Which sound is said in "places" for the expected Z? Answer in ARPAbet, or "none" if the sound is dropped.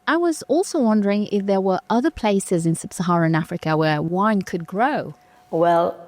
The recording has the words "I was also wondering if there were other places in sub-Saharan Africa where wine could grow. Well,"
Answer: Z